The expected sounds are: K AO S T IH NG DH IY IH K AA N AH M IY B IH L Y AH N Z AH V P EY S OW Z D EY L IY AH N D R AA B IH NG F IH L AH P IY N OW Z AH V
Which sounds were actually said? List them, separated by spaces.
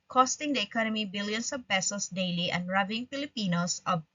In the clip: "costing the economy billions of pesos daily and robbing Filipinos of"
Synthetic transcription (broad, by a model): K AO S T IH NG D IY IH K AA N AH M IY B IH L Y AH N S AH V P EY S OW S D EY L IY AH N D R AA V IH NG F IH L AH P IY N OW S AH